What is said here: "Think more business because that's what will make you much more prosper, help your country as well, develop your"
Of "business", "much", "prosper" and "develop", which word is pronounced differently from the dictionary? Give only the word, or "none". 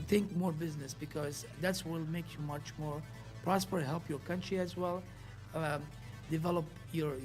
none